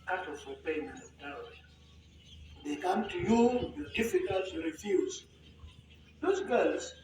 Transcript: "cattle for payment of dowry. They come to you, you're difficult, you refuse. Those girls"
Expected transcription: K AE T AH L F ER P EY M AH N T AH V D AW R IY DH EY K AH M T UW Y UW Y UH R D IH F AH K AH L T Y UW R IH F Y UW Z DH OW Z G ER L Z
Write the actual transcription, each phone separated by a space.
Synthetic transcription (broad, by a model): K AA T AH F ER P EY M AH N AH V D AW IY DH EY K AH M T UW Y UW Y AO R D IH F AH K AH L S Y UW R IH F Y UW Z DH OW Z G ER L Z